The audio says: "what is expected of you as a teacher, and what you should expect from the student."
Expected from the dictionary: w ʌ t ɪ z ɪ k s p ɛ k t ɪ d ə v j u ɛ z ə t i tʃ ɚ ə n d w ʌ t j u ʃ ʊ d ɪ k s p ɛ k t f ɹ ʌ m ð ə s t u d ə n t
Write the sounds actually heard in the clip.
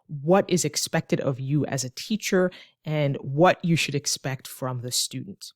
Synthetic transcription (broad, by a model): w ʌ t ɪ z ɪ k s p ɛ k t ɪ d ə v j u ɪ z ə t i tʃ ɚ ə n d w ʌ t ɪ ʃ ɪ d ɪ k s p ɛ k t f ɹ ʌ m ð ə s t u d n t